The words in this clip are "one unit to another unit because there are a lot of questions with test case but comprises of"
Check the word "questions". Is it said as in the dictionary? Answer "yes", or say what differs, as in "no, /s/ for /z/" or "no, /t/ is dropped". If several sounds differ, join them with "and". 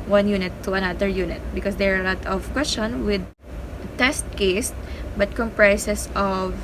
no, /z/ is dropped